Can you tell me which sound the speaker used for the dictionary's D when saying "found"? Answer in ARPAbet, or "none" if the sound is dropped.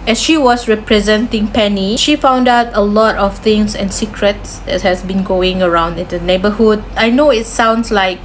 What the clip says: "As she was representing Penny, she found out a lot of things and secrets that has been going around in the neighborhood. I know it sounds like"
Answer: D